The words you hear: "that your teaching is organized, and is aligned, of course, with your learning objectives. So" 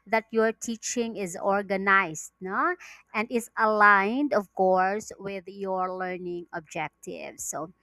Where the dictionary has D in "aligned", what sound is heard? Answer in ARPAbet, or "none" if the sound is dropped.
D